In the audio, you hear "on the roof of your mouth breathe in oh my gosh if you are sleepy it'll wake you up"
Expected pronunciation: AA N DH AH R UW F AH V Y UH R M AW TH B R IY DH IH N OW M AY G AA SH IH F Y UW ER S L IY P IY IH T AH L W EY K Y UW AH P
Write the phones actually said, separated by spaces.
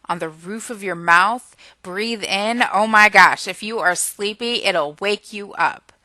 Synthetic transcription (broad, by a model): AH N DH AH R UW F AH V Y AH R M AW TH B R IY DH IH N OW M AY G AA SH IH F Y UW ER S L IY P IY IH T L W EY K Y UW AH P